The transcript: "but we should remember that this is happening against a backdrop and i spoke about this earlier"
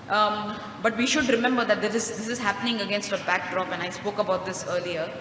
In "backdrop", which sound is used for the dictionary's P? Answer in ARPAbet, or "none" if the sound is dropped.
P